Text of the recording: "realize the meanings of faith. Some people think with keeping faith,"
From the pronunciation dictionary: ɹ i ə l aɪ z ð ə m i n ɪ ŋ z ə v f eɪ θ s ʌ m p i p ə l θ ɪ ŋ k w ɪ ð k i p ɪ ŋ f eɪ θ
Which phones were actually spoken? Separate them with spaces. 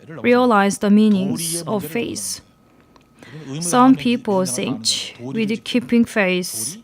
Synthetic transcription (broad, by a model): ɹ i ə l aɪ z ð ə m i n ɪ ŋ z ə v f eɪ s s ʌ m p i p ə l s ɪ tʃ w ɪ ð k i p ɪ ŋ f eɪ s